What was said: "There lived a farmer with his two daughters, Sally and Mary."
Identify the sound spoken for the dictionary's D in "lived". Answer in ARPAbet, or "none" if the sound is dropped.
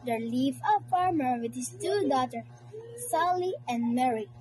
none